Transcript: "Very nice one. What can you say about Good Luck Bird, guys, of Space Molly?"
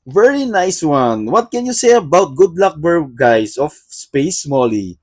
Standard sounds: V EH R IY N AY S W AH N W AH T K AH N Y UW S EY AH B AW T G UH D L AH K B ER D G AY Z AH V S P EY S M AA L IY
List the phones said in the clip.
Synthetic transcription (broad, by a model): V EH R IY N AY S W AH N W AH T K AH N Y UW S EY AH B AW T G UH D L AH K B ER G AY S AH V S P EY S M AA L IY